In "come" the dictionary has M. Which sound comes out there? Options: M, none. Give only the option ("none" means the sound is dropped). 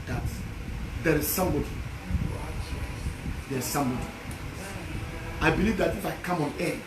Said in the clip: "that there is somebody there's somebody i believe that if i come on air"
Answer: M